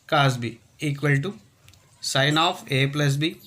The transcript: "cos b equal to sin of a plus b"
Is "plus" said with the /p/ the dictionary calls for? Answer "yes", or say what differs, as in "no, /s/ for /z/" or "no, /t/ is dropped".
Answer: yes